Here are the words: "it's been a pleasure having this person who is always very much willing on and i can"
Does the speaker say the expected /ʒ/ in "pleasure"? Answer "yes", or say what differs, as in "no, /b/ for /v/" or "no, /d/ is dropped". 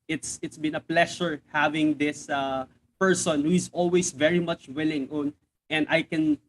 no, /ʃ/ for /ʒ/